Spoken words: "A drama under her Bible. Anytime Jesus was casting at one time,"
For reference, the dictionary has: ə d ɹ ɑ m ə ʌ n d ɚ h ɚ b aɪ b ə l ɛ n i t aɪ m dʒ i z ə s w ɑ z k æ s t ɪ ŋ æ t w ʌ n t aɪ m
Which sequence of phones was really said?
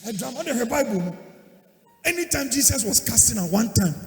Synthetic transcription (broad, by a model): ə d ɹ ɑ m ə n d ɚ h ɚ b aɪ b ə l ɛ n i t aɪ m dʒ i s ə s w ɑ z k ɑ s t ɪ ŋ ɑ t w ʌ n t aɪ m